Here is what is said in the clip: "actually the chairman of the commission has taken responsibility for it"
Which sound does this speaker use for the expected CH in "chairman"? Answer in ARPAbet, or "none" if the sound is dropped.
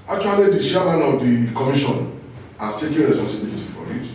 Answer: SH